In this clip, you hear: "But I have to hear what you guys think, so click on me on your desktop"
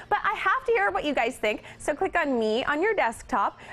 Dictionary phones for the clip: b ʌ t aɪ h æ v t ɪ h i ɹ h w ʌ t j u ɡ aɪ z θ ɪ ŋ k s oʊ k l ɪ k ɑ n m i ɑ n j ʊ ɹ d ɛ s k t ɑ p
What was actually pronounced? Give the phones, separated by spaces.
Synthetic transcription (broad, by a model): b ʌ t aɪ h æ f t ɪ h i ɹ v w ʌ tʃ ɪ ɡ aɪ z θ ɪ ŋ k s oʊ k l ɪ k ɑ n m i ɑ n j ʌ ɹ d ɛ s k t ɑ p